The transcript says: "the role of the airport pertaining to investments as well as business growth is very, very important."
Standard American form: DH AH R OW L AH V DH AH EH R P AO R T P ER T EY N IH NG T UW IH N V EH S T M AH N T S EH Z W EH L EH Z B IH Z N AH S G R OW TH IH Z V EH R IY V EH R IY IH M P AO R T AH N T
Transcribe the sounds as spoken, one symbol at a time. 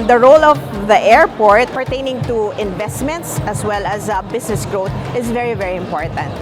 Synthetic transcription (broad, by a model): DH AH R OW L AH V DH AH EH R P AO R T P ER T EY N IH NG T UW IH N V EH S T M AH N T S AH S W EH L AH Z B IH S N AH S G R OW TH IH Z V EH R IY V EH R IY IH M P AO R T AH N T